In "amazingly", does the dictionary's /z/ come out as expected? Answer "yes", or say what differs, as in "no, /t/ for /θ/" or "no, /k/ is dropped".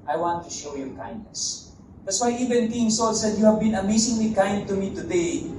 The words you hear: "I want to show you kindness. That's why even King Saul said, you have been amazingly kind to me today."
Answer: no, /s/ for /z/